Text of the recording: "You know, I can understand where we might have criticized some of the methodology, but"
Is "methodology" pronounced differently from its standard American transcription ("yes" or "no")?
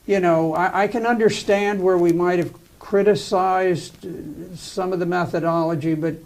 no